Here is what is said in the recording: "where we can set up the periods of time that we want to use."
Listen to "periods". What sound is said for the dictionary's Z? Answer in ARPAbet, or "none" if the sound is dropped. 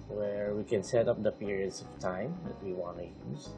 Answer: S